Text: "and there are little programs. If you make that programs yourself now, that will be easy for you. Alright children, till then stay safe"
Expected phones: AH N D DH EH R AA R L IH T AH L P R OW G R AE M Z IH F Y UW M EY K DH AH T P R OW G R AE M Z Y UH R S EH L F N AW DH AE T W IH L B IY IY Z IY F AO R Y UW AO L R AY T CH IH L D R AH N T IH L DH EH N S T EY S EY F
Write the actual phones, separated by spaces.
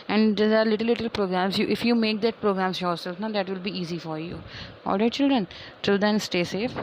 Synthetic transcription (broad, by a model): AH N D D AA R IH L L IH T AH L P R OW G R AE M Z IH F Y UW M EY K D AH T P R OW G R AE M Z Y UH R S EH L F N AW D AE T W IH L B IY IY Z IY F AO R Y UW AO L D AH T CH IH L D R AH N T IH L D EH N S T EY S EY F